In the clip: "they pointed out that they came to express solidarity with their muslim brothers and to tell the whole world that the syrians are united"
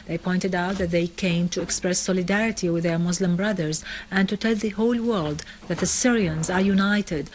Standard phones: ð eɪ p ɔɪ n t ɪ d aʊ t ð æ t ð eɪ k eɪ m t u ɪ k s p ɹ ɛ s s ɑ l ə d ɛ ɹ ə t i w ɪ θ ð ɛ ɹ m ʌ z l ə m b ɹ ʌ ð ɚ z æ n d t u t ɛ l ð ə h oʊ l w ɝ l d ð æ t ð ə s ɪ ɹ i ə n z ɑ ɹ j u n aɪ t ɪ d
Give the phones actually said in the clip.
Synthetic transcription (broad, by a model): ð eɪ p ɔɪ n t ɪ d aʊ t ð æ t ð eɪ k eɪ m t u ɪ k s p ɹ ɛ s s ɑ l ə d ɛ ɹ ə t i w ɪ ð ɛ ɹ m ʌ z l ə m b ɹ ʌ ð ɚ z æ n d t u t ɛ l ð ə h oʊ l w ɝ l d ð æ t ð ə s ɪ ɹ i ə n z ɑ ɹ j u n aɪ t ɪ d